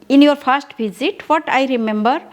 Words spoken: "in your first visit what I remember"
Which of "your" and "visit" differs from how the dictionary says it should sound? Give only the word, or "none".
visit